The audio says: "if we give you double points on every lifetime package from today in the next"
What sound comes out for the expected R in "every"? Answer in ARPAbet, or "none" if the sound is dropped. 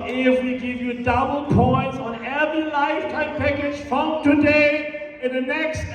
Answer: none